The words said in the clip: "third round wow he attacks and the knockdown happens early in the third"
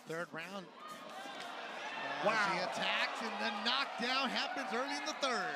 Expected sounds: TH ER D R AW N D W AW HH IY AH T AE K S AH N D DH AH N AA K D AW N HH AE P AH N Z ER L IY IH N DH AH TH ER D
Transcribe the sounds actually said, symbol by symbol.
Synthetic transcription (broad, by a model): TH ER D R AW N D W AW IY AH T AE K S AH N DH AH N AA K D AW N HH AE P AH N Z ER L IY IH N DH AH TH ER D